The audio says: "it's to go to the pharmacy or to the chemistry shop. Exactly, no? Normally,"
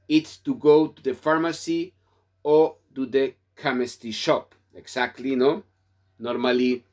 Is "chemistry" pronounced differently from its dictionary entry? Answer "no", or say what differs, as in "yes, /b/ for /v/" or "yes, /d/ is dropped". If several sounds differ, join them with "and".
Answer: yes, /ɹ/ is dropped